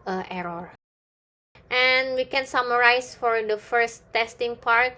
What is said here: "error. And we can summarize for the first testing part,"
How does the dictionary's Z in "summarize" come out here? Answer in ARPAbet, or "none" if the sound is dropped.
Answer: S